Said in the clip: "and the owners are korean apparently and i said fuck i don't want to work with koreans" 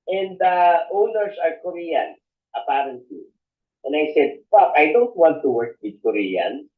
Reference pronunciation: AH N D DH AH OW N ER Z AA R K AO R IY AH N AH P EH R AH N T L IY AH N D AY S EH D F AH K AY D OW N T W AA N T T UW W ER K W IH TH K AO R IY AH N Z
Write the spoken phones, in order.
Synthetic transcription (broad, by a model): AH N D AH OW N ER S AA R K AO R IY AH N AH P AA R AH N T L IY AH N D AY S EH D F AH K AY D OW N T W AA N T T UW W ER K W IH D K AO R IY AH N